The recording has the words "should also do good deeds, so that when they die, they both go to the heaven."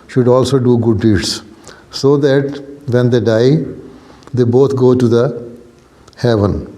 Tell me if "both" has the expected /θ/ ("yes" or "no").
no